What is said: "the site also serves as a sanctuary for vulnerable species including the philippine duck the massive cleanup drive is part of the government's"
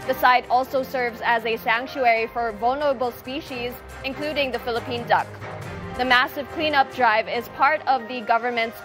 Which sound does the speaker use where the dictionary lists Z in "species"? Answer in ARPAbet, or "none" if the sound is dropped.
Z